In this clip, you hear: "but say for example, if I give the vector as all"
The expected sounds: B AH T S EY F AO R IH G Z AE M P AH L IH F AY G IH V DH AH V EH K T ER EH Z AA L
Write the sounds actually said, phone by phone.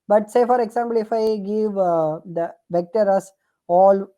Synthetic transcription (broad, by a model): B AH T S EY F AO R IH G S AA M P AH L IH F AY G IH V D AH V EH K T ER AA S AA L